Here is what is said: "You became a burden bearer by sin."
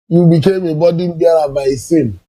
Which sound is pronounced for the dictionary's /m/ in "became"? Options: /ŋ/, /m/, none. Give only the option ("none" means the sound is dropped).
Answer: /m/